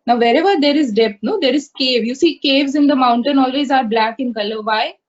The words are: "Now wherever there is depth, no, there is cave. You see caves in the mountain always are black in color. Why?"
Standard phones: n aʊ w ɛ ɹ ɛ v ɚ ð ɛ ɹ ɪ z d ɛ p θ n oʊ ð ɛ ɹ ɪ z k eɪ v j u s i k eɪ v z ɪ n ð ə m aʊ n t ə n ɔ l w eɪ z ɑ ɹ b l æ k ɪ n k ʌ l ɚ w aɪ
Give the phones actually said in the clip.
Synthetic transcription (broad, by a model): n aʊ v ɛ ɹ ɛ v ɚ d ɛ ɹ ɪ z d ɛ p t n oʊ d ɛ ɹ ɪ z k eɪ v j u s i k eɪ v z ɪ n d ə m aʊ n t ə n ɔ l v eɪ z ɑ ɹ b l æ k ɪ n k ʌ l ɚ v aɪ